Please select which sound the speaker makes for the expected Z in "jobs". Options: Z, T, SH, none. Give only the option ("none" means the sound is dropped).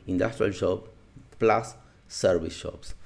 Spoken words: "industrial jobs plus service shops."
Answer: none